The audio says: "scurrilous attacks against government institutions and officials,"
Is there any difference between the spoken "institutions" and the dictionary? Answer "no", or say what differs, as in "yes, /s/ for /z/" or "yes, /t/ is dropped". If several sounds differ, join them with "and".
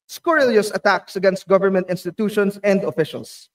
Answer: yes, /s/ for /z/